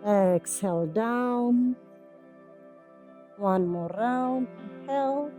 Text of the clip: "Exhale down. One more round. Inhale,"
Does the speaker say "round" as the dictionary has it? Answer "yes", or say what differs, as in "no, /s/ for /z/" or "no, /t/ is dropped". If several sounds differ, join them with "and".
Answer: no, /d/ is dropped